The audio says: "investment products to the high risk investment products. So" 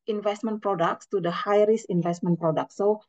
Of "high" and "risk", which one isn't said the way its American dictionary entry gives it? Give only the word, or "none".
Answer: risk